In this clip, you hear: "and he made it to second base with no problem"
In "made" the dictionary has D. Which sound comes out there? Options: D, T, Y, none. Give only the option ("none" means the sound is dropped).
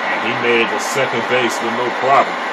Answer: none